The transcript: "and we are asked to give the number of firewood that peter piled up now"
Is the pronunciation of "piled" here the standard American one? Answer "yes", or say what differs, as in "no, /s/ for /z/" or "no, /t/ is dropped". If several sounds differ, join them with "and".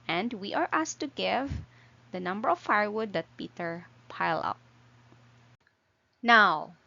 no, /d/ is dropped